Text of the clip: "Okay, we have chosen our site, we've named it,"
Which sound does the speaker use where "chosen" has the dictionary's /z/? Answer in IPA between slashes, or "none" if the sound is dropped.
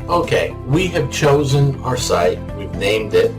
/z/